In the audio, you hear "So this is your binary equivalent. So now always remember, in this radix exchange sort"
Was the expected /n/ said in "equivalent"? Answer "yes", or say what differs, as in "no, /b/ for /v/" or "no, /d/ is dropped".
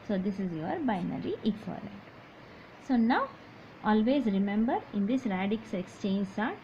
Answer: no, /n/ is dropped